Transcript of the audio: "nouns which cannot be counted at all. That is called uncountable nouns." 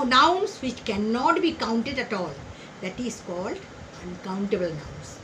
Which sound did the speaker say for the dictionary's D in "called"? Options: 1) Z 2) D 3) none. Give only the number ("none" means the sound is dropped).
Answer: 2